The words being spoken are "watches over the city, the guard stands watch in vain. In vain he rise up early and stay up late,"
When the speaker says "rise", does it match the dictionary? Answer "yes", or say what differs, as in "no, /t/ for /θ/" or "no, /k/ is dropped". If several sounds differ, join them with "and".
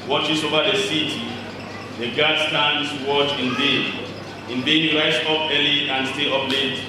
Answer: no, /s/ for /z/